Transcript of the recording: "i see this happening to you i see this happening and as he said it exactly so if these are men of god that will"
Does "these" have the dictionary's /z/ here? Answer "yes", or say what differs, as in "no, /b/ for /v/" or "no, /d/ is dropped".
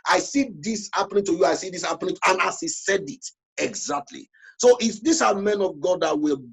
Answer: no, /s/ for /z/